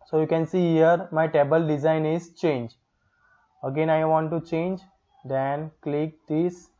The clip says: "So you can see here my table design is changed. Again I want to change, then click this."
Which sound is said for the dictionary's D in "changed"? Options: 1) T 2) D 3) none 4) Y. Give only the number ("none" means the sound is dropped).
3